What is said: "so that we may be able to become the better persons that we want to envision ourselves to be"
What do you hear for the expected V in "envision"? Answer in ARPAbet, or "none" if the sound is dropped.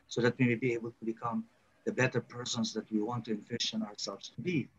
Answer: F